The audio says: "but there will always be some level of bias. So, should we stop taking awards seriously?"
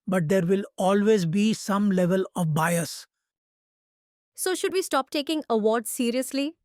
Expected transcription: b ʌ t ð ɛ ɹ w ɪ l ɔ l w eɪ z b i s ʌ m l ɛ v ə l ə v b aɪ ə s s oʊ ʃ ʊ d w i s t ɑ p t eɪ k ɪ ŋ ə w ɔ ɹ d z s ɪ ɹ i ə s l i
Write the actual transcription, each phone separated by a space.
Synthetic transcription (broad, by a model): b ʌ t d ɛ ɹ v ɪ l ɔ l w eɪ z b i s ʌ m l ɛ v ə l ə v b aɪ ə s s oʊ ʃ ʊ d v i s t ɑ p t eɪ k ɪ ŋ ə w ɔ ɹ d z s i ɹ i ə s l i